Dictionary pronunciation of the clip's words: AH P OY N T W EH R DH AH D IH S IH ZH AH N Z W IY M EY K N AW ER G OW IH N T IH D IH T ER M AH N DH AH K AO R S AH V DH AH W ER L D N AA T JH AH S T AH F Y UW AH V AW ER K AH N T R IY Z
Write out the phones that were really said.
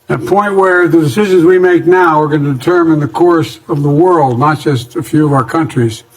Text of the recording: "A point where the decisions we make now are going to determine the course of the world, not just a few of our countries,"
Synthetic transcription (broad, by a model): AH P OY N T W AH R DH AH D IH S IH ZH AH N Z W IY M EY K N AW ER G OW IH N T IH D IH T ER M AH N DH AH K AO R S AH V DH AH W ER L D N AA T JH AH S T AH F Y UW AH V AW ER K AH N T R IY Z